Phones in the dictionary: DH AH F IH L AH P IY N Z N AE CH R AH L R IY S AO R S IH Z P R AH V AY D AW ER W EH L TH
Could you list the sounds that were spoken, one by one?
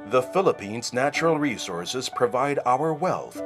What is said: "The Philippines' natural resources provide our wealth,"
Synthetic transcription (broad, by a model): DH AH F IH L AH P IY N Z N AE CH R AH L R IY S AO R S IH Z P R AH V AY D AW ER W EH L TH